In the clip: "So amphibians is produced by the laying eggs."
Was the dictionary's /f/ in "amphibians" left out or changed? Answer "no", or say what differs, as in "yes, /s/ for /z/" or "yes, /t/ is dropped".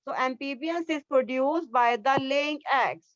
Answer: yes, /p/ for /f/